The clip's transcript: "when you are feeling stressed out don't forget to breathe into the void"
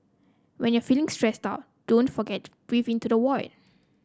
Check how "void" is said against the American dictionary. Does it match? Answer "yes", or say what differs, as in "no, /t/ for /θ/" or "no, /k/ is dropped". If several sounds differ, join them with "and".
no, /w/ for /v/